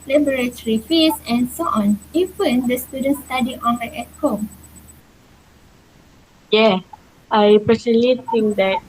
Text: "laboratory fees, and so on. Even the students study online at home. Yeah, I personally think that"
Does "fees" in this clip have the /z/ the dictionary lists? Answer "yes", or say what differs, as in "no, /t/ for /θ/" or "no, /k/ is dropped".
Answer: no, /s/ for /z/